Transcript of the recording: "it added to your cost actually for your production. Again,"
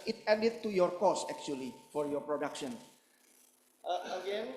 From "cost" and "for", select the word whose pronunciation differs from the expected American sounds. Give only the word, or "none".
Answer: cost